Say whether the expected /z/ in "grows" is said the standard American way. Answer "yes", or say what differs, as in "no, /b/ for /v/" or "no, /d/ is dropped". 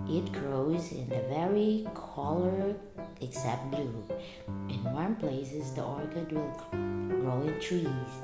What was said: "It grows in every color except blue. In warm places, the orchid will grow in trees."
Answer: yes